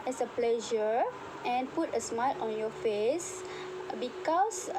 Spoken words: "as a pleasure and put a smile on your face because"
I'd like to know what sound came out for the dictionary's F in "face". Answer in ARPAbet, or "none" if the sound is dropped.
F